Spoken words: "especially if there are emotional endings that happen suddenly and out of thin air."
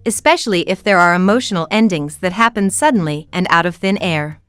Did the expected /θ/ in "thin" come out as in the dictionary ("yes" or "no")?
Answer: yes